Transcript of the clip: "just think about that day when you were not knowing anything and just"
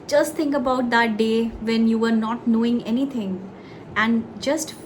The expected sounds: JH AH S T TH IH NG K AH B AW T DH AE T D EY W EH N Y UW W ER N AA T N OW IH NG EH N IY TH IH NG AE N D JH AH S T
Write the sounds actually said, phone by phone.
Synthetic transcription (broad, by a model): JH AH S T T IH NG K AH B AW T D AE T D EY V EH N Y UW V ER N AA T N OW IH NG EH N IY T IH NG AE N D JH AH S T